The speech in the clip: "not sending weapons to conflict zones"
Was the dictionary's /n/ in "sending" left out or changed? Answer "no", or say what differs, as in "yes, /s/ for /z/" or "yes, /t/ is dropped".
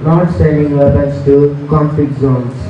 yes, /n/ is dropped